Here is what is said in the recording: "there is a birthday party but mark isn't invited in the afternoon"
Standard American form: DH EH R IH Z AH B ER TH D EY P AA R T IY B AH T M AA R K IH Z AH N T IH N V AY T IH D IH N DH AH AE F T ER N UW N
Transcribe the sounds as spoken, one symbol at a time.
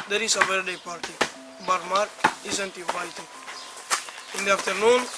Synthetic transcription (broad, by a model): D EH R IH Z AH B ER D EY P AA R T IY B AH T M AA R IH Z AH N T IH V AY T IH IH N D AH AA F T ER N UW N